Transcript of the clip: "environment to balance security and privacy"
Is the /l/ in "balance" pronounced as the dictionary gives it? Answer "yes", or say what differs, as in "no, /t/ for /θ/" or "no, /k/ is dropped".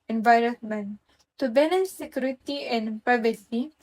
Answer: no, /n/ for /l/